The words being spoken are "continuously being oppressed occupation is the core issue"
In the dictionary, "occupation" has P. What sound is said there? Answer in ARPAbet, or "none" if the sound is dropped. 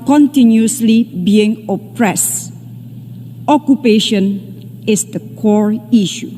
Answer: P